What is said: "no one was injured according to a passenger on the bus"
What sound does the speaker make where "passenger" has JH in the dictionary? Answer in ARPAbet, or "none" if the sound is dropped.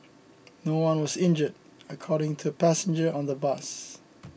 JH